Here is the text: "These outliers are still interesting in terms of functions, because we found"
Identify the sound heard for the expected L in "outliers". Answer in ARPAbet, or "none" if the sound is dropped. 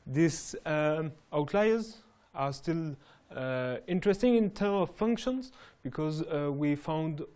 L